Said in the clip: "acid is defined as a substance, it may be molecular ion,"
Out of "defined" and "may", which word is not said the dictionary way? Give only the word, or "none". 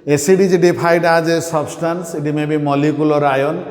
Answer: defined